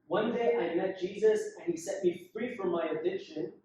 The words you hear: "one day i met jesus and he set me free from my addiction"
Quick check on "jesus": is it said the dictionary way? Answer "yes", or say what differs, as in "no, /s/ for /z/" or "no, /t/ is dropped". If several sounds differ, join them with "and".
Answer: yes